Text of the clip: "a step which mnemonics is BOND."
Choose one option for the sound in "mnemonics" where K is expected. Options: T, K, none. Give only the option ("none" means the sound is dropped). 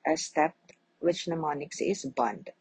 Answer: K